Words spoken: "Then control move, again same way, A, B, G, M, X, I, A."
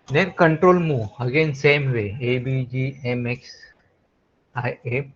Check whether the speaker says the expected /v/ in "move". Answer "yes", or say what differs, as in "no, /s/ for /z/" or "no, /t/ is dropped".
no, /v/ is dropped